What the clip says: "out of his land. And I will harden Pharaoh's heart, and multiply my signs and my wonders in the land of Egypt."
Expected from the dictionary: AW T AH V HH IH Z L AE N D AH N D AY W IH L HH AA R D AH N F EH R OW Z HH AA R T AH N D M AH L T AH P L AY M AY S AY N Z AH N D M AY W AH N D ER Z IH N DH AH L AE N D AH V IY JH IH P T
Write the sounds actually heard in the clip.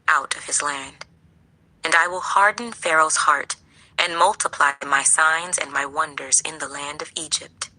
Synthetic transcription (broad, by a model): AW T AH V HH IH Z L AE N D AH N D AY W IH L HH AA R D N F EH R OW Z HH AA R T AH N M AH L T AH P L AY M AY S AY N Z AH N M AY W AH N D ER Z IH N DH AH L AE N D AH V IY JH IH P T